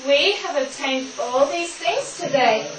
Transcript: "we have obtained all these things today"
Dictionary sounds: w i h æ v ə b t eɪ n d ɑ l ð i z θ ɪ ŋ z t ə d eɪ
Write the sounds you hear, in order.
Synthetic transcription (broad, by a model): w i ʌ v ə b t eɪ n d ɑ l ð i z θ ɪ ŋ z t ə d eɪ